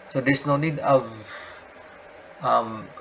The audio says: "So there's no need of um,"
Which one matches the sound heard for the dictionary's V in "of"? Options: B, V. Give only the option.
V